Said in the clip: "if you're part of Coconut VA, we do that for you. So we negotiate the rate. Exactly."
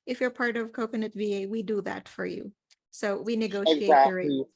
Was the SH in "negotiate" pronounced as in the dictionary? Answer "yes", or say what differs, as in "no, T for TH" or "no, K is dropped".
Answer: no, SH is dropped